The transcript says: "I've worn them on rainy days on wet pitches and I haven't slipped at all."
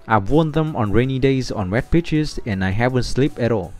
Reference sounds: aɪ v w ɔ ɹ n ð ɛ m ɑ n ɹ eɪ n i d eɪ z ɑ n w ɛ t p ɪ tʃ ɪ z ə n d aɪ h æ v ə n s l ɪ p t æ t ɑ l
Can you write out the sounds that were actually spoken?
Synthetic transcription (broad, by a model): aɪ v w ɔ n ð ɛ m ɑ n ɹ eɪ n i d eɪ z ɑ n w ɛ t p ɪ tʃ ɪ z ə n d aɪ h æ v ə n s l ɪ p ɛ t ɑ l